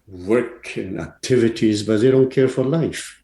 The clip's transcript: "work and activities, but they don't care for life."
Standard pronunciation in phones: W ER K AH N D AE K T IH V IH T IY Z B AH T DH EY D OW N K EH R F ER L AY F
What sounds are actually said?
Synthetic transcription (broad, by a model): W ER K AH N AE K T IH V IH T IY Z B AH T DH EY D OW N K EH R F ER L AY F